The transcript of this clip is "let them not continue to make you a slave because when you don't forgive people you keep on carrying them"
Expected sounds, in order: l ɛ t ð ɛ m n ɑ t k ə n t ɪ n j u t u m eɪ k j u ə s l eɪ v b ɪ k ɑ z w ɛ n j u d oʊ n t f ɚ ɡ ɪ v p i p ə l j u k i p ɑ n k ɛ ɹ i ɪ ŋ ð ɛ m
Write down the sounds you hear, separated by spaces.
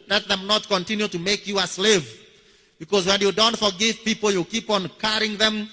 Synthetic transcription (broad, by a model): l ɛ t ð ɛ m n ɑ t k ə n t ɪ n j u t u m eɪ k j u ə s l eɪ v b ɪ k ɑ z w ɛ n j u d oʊ n t f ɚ ɡ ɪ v p i p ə l j u k i p ɑ n k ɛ ɹ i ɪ ŋ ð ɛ m